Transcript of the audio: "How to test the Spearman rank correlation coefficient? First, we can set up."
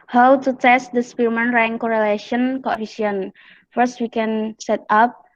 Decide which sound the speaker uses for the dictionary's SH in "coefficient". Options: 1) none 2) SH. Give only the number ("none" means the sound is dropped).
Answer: 1